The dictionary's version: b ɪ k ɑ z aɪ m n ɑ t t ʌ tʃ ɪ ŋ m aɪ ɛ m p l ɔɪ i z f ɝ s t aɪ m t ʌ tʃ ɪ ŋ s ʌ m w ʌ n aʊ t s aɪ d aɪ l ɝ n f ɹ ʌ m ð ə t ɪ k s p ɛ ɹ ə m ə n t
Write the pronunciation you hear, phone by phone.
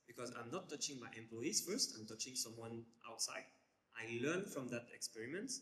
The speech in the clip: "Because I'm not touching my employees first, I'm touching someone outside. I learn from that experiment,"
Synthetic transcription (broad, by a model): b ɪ k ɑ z aɪ m n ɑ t t ʌ tʃ ɪ ŋ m aɪ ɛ m p l ɔɪ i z f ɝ s t aɪ m t ʌ tʃ ɪ ŋ s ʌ m w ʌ n aʊ t s aɪ d aɪ l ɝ n f ɹ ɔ m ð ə t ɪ k s p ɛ ɹ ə m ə n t